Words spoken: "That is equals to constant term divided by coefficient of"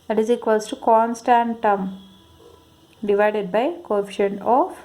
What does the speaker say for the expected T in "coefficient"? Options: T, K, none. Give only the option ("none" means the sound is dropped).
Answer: none